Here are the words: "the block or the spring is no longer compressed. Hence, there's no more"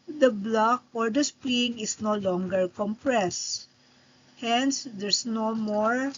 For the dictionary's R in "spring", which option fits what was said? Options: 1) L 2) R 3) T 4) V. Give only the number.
1